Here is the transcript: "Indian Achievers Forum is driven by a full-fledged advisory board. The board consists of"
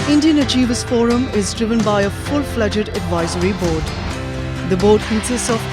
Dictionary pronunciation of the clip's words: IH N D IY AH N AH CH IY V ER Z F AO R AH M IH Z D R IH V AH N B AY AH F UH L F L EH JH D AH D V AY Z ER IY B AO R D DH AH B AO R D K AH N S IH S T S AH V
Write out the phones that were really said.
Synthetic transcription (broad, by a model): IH N D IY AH N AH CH IY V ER S F AO R AH M IH Z D R IH V AH N B AY AH F UH L F L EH JH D AH D V AY Z ER IY B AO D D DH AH B AO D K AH S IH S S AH